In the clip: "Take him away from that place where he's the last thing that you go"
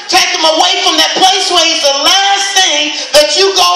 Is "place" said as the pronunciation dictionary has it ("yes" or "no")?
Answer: yes